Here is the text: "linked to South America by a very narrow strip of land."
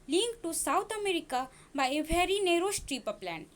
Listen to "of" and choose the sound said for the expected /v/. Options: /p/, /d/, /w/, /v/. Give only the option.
/p/